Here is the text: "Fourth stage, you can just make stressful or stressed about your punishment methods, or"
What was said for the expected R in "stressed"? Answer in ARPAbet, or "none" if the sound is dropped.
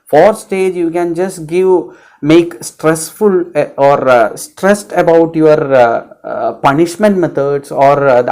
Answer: R